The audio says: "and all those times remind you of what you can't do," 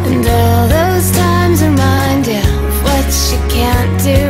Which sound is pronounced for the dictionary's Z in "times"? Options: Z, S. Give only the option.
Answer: Z